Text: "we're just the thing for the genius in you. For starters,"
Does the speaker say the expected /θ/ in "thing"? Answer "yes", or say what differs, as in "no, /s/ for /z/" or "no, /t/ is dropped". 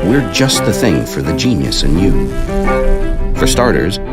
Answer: yes